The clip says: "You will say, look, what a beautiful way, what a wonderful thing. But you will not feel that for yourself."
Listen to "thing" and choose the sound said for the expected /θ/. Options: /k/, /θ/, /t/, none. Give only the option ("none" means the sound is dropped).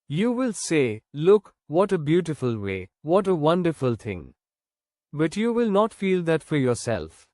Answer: /t/